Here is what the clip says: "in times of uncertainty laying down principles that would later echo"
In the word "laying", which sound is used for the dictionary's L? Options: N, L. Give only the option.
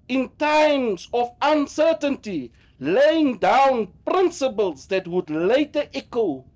L